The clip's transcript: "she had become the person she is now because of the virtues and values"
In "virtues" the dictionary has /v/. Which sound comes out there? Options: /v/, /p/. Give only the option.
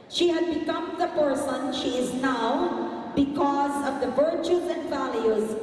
/v/